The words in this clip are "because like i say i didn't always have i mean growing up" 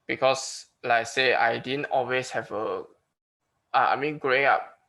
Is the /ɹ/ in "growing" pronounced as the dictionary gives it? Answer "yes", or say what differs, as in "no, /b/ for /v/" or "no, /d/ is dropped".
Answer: yes